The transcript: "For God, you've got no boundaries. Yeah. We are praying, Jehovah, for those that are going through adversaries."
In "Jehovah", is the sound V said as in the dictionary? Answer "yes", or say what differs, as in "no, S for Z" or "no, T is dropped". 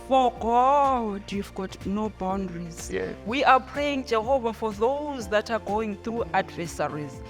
yes